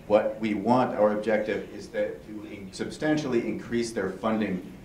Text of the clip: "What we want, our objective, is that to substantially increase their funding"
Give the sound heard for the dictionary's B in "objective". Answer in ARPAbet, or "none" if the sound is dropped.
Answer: B